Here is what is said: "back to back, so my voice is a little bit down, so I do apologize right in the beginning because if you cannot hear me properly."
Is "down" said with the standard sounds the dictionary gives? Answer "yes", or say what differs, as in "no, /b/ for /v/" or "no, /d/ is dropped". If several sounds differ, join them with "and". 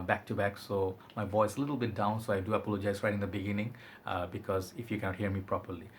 yes